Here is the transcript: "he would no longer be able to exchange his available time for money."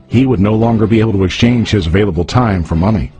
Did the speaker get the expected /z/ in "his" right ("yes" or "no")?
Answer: yes